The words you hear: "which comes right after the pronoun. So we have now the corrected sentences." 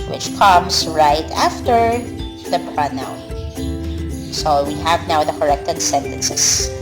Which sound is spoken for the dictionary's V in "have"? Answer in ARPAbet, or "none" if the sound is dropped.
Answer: V